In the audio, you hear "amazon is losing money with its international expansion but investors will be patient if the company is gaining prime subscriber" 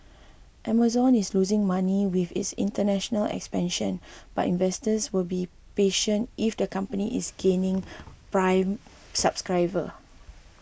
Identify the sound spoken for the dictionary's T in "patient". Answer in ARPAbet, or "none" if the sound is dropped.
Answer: T